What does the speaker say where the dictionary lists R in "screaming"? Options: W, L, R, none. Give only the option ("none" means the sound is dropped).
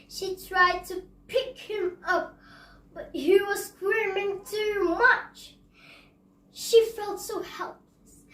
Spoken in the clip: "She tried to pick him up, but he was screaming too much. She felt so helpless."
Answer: W